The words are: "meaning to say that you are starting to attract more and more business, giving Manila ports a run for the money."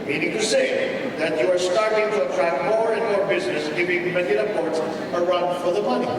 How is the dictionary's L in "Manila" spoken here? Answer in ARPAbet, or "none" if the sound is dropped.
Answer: none